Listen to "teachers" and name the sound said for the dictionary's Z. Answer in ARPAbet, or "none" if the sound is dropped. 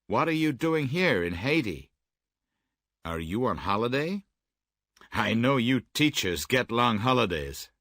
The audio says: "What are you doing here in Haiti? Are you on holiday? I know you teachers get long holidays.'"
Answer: Z